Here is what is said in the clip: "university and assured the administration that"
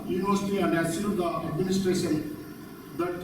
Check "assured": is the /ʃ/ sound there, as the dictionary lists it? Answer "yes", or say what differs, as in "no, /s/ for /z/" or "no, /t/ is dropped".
no, /s/ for /ʃ/